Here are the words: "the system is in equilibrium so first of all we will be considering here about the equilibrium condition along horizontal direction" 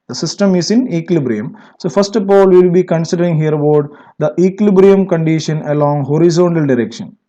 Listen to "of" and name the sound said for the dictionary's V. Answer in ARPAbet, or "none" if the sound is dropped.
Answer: P